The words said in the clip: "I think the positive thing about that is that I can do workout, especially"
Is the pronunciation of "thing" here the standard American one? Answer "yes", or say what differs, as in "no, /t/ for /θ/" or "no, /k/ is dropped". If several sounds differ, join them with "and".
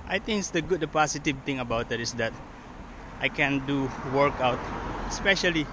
no, /t/ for /θ/